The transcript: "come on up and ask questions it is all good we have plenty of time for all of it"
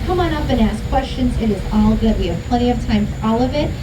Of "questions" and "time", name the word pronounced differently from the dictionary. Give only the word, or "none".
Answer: none